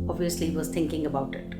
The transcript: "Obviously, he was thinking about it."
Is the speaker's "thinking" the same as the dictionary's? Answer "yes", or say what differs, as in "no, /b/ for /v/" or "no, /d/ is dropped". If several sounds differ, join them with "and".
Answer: no, /t/ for /θ/